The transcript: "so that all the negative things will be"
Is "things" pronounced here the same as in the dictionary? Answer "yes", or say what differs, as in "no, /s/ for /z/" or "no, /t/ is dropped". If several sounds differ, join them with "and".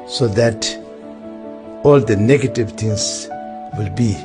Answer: no, /t/ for /θ/